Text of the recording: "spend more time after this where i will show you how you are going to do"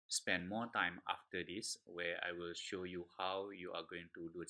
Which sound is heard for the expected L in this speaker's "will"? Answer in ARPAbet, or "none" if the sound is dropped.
L